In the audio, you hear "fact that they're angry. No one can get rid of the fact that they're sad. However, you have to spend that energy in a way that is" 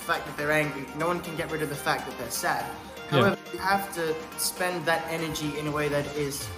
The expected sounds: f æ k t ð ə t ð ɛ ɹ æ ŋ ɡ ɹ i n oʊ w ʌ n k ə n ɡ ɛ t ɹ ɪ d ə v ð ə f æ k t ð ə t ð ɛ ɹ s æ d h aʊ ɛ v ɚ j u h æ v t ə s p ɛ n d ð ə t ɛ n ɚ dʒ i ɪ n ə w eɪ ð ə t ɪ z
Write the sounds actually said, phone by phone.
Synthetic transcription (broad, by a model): f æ k ð ə t ð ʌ ɹ æ ŋ ɡ ɹ i n oʊ w ʌ n k ə n ɡ ɛ t ɹ ɪ d ə v ð ə f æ k ð ə t ð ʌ ɹ s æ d h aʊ ɛ v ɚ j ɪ h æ f t ə s p ɛ n ð ə t ɛ n ɚ dʒ i ɪ n ə w eɪ ð ə t ɪ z